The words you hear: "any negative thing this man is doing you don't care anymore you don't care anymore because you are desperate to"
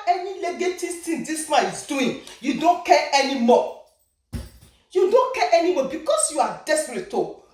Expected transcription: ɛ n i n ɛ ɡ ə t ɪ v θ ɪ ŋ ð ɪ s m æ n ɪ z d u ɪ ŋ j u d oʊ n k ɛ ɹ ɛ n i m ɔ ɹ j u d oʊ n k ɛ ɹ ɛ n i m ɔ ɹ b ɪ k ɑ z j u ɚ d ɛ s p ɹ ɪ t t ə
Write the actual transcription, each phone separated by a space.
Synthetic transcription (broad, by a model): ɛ n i l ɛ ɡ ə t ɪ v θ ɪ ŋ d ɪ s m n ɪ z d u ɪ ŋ j u d oʊ n k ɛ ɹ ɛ n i m ɔ j u d oʊ n k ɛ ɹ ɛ n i m ɔ b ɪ k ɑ s j u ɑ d ɛ s p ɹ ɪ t t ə